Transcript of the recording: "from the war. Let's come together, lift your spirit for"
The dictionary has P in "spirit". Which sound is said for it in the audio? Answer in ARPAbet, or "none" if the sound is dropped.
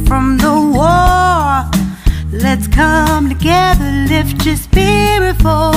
B